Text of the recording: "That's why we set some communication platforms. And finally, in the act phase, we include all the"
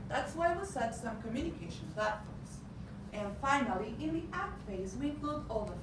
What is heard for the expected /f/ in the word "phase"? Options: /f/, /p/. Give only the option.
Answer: /f/